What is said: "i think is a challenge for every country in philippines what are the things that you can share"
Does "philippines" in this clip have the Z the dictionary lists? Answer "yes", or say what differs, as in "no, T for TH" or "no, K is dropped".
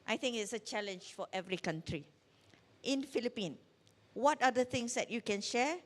no, Z is dropped